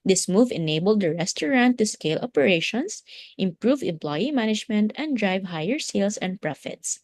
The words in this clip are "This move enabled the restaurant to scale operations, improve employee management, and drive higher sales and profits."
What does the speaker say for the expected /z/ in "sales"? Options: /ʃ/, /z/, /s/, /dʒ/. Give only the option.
/s/